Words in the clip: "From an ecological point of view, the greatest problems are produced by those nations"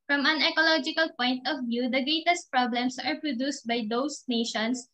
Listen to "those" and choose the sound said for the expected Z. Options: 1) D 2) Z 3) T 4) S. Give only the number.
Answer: 4